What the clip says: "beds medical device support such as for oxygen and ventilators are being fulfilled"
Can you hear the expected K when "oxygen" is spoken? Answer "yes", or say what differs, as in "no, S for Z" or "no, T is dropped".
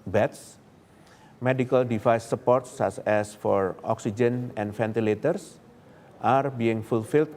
yes